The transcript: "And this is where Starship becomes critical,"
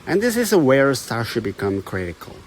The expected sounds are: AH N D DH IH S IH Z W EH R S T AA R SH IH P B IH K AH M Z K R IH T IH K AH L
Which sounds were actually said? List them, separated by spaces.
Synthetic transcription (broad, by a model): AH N DH IH S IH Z W EH R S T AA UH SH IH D B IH K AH M K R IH T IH K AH L